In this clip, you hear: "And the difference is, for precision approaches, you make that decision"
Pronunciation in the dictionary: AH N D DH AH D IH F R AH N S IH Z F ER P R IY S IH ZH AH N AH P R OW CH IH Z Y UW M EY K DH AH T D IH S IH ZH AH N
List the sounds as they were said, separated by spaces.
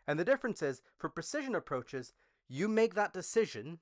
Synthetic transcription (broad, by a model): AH N DH AH D IH F R AH N S IH Z F ER P R IY S IH ZH AH N AH P R OW CH IH Z Y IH M EY K DH AH T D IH S IH ZH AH N